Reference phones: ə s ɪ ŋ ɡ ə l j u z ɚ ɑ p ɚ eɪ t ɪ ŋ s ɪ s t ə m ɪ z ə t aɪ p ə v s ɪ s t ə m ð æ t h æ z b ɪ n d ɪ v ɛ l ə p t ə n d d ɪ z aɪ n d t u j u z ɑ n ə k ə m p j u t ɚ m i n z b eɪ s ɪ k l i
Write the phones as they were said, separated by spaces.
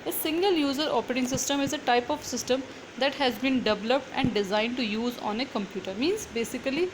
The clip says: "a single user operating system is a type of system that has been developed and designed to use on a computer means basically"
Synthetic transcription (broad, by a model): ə s ɪ ŋ ɡ ə l j u z ɚ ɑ p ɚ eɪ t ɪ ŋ s ɪ s t ə m ɪ z ə t aɪ p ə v s ɪ s t ə m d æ t h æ z b ɪ n d ɪ v ɛ l ə p t ə n d d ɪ z aɪ n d t u j u z ɑ n ə k ə m p j u t ɚ m i n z b eɪ s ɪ k l i